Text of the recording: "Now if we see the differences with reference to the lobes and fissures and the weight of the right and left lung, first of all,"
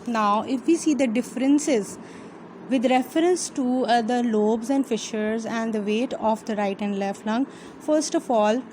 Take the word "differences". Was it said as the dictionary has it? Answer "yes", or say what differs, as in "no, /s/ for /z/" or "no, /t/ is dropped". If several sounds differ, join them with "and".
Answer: yes